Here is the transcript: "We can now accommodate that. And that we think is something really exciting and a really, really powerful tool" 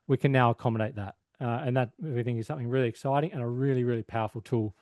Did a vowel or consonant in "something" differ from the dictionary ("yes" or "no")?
no